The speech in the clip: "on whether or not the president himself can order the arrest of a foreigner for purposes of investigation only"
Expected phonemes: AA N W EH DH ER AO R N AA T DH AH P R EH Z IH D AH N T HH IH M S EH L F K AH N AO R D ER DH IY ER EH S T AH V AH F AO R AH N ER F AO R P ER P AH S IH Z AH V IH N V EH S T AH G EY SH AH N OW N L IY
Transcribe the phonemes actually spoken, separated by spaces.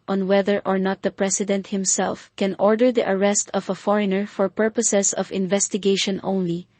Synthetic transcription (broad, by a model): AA N W EH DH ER AO R N AA T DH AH P R EH S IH D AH N T HH IH M S EH L F K AH N AO R D ER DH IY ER EH S T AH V AH F AO R AH N ER F AO R P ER P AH S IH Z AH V IH N V EH S T AH G EY SH AH N OW N L IY